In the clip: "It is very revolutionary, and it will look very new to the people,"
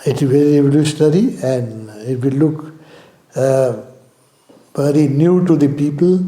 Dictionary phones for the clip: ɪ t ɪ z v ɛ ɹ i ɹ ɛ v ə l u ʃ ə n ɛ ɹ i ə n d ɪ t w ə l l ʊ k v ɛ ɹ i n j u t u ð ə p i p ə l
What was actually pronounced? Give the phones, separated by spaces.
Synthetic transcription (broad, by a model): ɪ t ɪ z v ɛ ɹ i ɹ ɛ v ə l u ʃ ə n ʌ ɹ i ə n d ɪ t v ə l l ʊ k v ɛ ɹ i n j u t u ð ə p i p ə l